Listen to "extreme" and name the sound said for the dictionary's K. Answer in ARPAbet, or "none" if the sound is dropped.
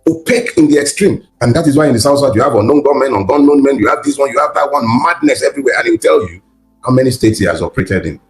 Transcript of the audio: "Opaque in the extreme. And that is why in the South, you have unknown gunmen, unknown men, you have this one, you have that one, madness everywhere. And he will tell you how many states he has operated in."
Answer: K